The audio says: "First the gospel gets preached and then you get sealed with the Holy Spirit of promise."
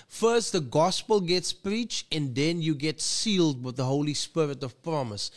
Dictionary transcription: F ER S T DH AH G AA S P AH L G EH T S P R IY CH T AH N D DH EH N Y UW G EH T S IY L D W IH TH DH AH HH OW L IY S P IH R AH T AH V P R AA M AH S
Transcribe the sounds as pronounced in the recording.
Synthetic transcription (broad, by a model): F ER S T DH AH G AA S P AH L G EH T S P R IY CH T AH N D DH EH N Y UW G EH T S IY L D W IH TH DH AH HH OW L IY S P IH R AH T AH V P R AA M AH S